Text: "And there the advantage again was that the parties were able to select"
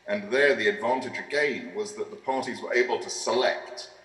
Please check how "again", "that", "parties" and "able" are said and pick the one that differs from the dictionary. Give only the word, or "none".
none